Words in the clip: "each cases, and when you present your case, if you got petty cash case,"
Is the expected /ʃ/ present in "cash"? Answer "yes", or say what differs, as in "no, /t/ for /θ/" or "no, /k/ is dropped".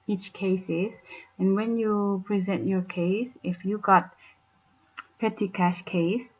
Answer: yes